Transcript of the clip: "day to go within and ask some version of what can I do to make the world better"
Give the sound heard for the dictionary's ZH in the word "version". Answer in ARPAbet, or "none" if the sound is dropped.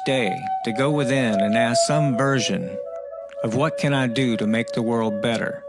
ZH